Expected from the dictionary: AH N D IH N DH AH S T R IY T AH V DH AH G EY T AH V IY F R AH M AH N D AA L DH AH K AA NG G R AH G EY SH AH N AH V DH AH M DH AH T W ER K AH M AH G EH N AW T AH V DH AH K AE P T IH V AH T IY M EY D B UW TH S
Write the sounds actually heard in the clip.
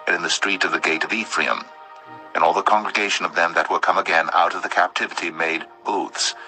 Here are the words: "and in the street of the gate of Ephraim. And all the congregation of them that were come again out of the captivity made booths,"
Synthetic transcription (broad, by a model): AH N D IH N DH AH S T R IY T AH V DH AH G EY T AH V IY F R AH M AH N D AA L DH AH K AA NG G R AH G EY SH AH N AH V DH AH M DH AH T W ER K AH M AH G EH N AW T AH V DH AH K AE P T IH V AH T IY M EY D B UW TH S